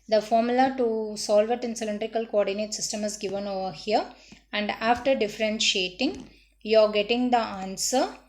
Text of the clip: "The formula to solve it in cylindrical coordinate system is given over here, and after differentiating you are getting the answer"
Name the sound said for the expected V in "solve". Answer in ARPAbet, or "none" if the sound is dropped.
V